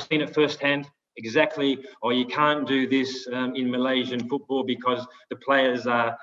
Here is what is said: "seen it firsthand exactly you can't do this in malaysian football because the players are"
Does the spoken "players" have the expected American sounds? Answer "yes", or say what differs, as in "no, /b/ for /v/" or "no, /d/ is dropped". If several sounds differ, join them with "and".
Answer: yes